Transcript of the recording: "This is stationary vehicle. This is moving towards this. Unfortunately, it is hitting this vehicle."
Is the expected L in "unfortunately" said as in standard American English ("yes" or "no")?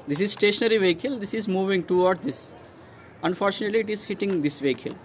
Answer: yes